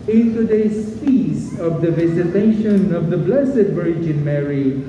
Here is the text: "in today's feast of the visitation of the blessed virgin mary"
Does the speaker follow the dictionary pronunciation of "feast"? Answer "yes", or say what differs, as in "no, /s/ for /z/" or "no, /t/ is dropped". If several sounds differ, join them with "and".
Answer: no, /t/ is dropped